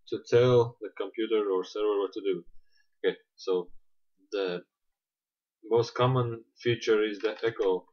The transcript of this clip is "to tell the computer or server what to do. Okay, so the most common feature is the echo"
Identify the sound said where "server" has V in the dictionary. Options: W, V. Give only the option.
W